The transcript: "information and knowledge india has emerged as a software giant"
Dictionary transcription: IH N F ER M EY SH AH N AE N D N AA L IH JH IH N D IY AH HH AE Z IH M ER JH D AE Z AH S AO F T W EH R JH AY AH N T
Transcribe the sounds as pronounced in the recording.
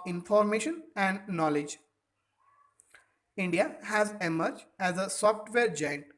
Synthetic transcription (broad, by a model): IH N F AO M EY SH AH N AE N D N AA L IH JH IH N D IY AH HH AE Z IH M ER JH AE Z AH S AO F T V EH R JH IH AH N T